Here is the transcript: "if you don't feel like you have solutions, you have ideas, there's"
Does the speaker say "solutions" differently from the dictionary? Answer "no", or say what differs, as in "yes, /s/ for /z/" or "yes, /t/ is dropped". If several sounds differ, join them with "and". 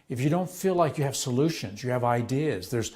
no